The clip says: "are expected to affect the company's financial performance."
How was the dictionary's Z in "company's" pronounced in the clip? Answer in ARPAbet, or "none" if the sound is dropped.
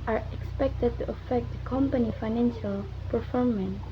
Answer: none